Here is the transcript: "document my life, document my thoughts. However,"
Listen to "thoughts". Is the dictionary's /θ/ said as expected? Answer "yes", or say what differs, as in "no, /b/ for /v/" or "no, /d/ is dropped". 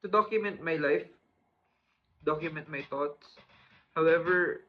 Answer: no, /t/ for /θ/